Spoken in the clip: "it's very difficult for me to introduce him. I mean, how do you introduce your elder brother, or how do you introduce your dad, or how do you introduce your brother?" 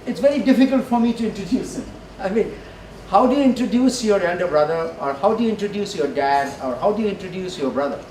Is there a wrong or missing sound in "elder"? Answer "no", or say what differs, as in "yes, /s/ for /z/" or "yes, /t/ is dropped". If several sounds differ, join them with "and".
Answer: yes, /n/ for /l/